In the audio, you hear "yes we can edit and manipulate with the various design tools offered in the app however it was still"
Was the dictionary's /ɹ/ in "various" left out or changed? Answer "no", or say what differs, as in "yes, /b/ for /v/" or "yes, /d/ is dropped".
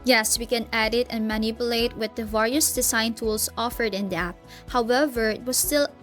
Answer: no